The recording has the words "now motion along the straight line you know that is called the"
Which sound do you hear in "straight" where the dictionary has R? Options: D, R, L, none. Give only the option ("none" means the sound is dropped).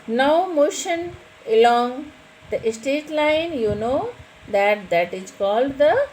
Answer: none